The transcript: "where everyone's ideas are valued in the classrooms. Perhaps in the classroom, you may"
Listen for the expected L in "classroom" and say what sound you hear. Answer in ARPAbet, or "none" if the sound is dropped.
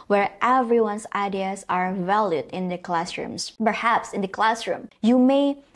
L